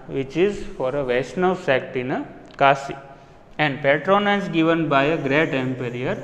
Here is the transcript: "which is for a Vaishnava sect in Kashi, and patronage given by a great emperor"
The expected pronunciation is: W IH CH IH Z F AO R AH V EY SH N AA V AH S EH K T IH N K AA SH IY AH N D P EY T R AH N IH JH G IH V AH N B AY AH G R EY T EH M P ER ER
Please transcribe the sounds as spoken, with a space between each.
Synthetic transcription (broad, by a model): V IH CH IH Z F AO R AH V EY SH N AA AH S EH K T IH N K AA S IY AH N D P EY T R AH N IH Z G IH V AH N B AY AH G R EY T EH M P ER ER